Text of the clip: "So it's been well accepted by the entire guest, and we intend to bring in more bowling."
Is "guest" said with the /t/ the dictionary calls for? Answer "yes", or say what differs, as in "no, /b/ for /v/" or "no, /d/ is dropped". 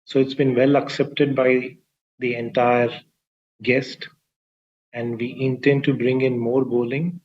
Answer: yes